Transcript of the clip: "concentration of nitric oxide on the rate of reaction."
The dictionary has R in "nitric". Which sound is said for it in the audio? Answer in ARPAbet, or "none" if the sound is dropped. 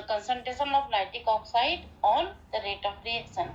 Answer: none